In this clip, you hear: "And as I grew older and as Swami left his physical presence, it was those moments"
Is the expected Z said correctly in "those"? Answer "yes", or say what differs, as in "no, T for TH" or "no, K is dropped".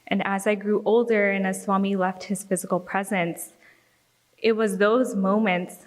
yes